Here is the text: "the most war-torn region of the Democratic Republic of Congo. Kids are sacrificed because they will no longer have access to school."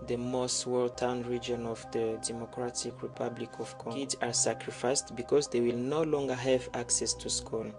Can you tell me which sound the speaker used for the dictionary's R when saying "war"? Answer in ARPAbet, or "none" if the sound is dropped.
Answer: L